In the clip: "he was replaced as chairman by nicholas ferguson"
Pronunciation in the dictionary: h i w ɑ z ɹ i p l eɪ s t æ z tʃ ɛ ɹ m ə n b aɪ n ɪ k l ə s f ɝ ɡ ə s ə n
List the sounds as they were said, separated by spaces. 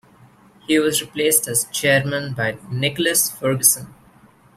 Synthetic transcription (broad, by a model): h i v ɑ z ɹ i p l eɪ s t æ z tʃ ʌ ɹ m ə n b aɪ n ɪ k l ə s f ɝ ɡ ə s ə n